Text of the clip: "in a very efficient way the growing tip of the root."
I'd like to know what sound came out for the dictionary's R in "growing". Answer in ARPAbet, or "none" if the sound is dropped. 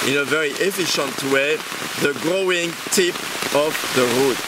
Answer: R